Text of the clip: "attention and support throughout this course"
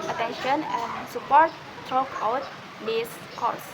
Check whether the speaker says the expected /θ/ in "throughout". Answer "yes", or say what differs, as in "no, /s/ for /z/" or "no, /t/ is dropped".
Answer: no, /t/ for /θ/